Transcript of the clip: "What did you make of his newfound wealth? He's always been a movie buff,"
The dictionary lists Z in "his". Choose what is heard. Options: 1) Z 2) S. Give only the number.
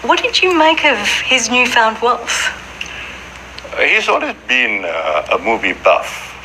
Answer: 1